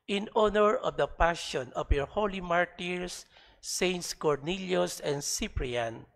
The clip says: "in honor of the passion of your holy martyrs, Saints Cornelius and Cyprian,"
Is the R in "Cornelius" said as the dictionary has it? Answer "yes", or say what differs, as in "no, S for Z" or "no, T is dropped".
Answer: yes